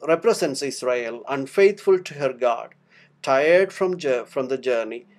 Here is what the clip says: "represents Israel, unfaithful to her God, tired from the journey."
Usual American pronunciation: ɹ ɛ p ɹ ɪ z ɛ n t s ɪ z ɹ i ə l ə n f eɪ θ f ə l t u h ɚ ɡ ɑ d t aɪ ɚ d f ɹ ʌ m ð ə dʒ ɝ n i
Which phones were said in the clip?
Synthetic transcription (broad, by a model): ɹ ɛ p ɹ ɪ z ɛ n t s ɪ s ɹ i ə l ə n f eɪ t f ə l t u h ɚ ɡ ɑ d t aɪ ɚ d f ɹ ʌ m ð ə dʒ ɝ n i